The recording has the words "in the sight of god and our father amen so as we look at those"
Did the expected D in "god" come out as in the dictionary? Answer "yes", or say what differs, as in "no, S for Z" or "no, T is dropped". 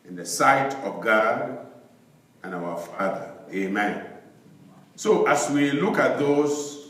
yes